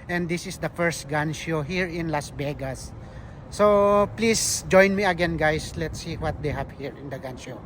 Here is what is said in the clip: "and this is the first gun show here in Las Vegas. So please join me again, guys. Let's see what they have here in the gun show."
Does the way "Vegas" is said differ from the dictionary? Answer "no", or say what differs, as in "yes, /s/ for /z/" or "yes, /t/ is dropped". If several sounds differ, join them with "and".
yes, /b/ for /v/